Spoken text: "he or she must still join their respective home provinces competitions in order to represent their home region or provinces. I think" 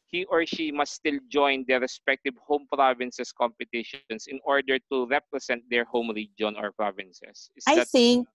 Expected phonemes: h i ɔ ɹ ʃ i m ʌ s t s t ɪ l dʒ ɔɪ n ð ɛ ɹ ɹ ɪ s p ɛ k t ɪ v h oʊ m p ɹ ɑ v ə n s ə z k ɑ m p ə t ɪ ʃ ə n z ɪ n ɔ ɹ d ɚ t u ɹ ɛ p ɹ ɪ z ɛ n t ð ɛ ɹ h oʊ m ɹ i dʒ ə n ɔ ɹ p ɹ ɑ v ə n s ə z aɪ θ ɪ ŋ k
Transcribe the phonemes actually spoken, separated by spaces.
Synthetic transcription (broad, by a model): h i ɔ ɹ ʃ i m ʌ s s t ɪ l dʒ ɔɪ n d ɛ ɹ ɹ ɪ s p ɛ k t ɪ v h oʊ m p ɹ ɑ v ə n s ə s k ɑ m p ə t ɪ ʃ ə n s ɪ n ɔ ɹ d ɚ t u ɹ ɛ p ɹ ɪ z ɛ n t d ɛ ɹ h oʊ m ɹ i dʒ ə n ɔ ɹ p ɹ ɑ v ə n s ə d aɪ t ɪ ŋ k